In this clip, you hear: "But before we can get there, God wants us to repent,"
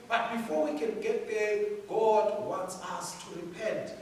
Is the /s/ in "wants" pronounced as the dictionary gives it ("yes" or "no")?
yes